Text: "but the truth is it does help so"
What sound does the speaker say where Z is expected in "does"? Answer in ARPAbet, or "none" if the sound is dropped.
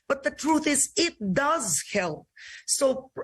Z